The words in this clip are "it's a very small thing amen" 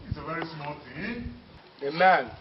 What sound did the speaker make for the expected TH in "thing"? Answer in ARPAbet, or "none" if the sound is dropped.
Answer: T